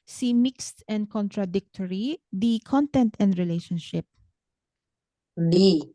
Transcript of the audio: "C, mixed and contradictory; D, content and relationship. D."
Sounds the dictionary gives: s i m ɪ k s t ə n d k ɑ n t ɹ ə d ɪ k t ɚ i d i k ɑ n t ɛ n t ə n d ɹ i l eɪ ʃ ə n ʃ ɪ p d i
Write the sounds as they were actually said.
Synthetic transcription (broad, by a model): s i m ɪ k s t ə n d k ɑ n t ɹ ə d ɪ k t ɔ i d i k ɑ n t ɛ n t ə n d ɹ i l eɪ ʃ ə n ʃ ɪ p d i